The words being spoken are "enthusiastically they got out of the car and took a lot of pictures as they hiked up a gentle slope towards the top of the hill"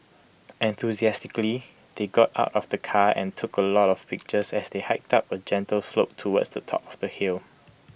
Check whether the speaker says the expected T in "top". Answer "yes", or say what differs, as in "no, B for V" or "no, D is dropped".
yes